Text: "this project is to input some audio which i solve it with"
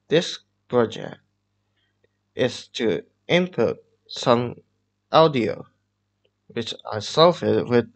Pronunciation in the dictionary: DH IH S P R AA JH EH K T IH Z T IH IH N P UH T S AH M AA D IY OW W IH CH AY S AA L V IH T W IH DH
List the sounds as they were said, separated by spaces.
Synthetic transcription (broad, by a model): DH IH S P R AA JH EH K T IH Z T IH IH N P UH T S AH M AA D IY OW W IH CH AY S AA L F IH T W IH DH